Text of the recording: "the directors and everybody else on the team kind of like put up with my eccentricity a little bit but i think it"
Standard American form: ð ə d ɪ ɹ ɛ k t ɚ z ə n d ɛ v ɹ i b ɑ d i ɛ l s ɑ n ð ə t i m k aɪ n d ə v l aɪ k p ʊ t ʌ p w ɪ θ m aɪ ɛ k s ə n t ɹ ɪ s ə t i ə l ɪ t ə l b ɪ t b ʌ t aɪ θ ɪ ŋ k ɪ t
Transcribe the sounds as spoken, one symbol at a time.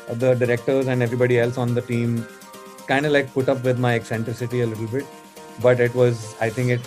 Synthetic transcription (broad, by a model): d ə d ɪ ɹ ɛ k t ɚ z ə n d ɛ v ɹ i b ɑ d i ɛ l s ɑ n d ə t i m k aɪ n d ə l aɪ k p ʊ t ʌ p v ɪ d m aɪ ɛ k s ə n t ɹ ɪ s ə t i ə l ɪ t ə l b ɪ t b ʌ t aɪ t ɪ ŋ k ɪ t